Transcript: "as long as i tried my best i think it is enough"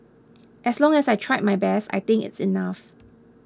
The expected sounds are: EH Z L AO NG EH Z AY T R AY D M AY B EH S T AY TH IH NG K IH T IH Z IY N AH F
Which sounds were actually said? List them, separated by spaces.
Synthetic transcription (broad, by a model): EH S L AO NG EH S AY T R AY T M AY B EH S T AY T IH NG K IH T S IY N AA F